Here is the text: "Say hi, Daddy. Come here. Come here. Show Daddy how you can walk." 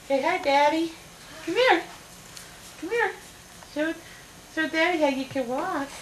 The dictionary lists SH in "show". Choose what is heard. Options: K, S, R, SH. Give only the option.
S